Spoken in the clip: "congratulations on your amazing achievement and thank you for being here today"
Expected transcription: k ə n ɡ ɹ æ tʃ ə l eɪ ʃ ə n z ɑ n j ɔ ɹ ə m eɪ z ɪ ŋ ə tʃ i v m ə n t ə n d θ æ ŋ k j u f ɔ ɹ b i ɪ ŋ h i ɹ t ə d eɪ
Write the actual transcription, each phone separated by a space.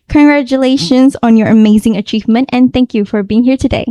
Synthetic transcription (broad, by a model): k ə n ɡ ɹ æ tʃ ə l eɪ ʃ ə n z ɑ n j ɔ ɹ ə m eɪ z ɪ ŋ ə tʃ i v m ə n t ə n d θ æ ŋ k j u f ɔ ɹ b i ɪ ŋ h i ɹ t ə d eɪ